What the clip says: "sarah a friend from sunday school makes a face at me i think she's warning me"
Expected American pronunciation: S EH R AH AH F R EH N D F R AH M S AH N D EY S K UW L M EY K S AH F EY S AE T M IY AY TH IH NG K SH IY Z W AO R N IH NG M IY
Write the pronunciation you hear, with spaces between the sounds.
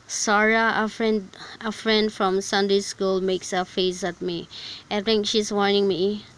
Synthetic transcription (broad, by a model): S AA R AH AH F R EH N D F R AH M S AH N D EY S K UW L M EY K S AH F EY S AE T M IY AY T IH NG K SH IY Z W AO R N IH NG M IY